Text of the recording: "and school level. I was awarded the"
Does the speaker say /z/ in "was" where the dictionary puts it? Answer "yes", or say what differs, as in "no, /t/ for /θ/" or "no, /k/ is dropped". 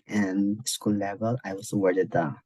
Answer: no, /s/ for /z/